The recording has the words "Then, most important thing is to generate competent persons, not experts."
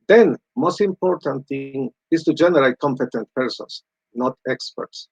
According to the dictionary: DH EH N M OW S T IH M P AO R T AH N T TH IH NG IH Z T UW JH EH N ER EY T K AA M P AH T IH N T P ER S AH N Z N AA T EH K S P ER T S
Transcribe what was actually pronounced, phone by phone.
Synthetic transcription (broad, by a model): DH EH N M OW S T IH M P AO R T AH N T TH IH NG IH S T UW JH EH N ER EY T K AA M P AH T IH N T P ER S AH N S N AA T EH K S P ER T S